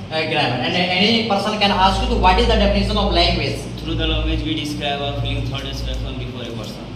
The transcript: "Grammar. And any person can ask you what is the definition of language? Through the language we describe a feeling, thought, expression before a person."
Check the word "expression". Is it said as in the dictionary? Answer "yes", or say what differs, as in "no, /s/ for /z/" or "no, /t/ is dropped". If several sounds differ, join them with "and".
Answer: no, /k/ is dropped